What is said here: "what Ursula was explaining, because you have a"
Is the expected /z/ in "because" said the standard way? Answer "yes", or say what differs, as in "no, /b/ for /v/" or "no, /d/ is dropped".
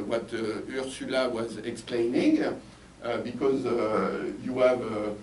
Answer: yes